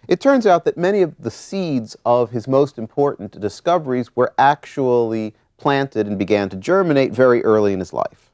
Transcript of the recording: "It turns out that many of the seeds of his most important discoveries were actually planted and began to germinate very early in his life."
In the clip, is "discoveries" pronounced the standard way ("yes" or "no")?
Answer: yes